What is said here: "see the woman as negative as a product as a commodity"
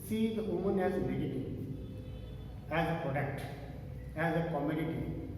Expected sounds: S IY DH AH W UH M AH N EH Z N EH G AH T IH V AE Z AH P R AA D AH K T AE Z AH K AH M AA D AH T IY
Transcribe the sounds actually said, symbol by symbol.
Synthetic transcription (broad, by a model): S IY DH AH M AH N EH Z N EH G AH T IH AE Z AH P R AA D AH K T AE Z AH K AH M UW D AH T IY